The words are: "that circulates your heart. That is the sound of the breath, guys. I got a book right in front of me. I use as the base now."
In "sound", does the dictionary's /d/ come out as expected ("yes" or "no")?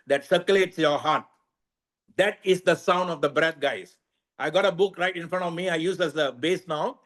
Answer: yes